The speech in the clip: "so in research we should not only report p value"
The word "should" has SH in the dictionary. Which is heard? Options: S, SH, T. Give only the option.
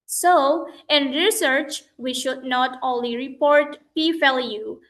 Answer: SH